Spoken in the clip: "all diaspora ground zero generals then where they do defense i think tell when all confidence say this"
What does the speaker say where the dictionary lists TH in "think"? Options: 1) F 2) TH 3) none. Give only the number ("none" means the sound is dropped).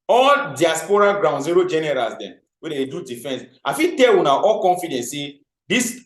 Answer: 1